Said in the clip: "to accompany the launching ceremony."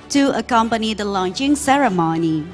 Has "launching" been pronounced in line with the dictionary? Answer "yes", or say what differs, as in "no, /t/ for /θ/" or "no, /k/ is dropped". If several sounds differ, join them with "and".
yes